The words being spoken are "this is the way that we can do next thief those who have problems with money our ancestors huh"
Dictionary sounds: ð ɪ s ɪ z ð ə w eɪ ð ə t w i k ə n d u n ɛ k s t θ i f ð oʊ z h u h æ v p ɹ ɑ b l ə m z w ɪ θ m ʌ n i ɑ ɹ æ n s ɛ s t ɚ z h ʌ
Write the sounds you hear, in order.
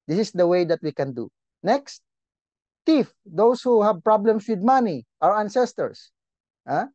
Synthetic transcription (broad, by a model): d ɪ s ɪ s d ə w eɪ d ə t w i k ə n d u n ɛ k s t t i f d oʊ s h u h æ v p ɹ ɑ b l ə m s w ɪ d m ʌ n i ɑ ɹ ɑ n s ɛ s t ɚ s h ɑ